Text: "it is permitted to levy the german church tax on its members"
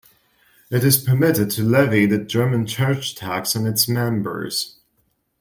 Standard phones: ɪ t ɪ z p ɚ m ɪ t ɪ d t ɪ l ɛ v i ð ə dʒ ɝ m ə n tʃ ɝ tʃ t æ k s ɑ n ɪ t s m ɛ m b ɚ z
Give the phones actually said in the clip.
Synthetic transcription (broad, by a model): ɪ t ɪ z p ɚ m ɪ t ɪ d t ɪ l ɛ v i ð ə dʒ ɝ m ə n tʃ ɝ tʃ t æ k s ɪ n ɪ t s m ɛ m b ɚ z